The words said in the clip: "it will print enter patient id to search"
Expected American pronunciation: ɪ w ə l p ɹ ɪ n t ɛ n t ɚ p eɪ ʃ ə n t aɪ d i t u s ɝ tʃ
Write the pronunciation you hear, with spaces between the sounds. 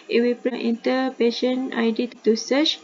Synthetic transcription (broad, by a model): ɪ w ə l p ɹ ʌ t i n t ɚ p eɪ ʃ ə n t aɪ d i t u s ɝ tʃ